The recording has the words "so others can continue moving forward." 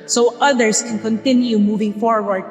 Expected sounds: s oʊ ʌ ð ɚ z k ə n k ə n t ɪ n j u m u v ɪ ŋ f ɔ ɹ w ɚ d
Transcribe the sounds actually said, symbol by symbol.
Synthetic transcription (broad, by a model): s oʊ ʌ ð ɚ s k ə n k ə n t ɪ n j u m u v ɪ ŋ f ɔ ɹ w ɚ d